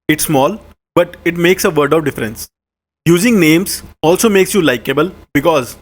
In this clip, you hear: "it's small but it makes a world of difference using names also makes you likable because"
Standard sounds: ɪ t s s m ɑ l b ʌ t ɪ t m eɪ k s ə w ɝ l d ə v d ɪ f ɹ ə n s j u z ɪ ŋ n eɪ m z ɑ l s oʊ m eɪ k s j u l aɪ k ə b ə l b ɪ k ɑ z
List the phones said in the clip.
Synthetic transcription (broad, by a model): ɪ t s s m ɑ l b ʌ t ɪ t m eɪ k s ə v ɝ d ə v d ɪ f ɹ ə n s j u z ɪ ŋ n eɪ m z ɑ l s oʊ m eɪ k s j u l aɪ k ə b ə l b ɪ k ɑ z